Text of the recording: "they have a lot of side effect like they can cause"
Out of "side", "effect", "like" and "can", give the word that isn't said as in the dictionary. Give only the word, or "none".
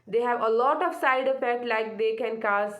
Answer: effect